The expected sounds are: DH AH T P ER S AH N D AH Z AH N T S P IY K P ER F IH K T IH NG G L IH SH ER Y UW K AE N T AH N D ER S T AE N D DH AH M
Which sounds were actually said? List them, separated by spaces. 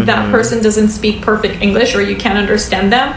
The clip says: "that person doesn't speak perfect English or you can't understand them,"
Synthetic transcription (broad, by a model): DH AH T P ER S AH N D AH Z AH N T S P IY K P ER F IH K T IH NG G L IH SH ER Y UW K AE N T AH N D ER S T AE N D DH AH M